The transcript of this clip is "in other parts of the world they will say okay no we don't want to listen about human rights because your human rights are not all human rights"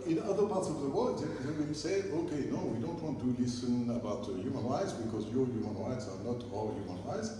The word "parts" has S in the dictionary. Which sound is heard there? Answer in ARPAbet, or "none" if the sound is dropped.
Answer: S